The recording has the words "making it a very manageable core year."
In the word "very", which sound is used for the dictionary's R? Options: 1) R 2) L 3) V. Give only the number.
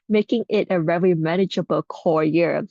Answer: 2